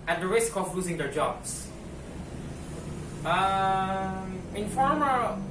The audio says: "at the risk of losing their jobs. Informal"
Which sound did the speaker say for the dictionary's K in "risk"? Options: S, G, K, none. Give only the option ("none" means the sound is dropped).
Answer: K